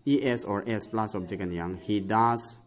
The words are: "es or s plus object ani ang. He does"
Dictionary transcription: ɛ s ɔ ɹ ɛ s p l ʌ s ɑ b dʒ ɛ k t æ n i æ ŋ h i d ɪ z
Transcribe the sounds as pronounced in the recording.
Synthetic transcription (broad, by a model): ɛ s ɔ ɹ ɛ s p l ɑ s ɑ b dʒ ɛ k ʌ n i ŋ h i d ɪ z